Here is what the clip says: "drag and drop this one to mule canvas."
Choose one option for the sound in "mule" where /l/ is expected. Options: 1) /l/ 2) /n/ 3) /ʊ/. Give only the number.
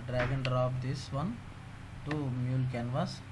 1